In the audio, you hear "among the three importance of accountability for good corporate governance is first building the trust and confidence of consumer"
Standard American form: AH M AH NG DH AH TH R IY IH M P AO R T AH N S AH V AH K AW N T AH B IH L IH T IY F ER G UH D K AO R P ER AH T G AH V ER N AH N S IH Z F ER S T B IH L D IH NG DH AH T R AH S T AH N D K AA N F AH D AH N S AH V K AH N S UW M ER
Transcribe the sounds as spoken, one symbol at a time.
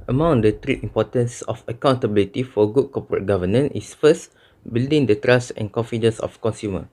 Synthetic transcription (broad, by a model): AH M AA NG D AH T R IY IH M P AO T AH N S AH F AH K AW N T AH B IH L IH T IY F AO G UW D K AO P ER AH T G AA V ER N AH N IH S F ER S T B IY L D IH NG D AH T R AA S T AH N K AA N F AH D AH N S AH F K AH N S UW M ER